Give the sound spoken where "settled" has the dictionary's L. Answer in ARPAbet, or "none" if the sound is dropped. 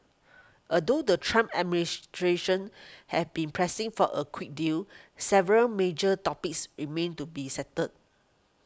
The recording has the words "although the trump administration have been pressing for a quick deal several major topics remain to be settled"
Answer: none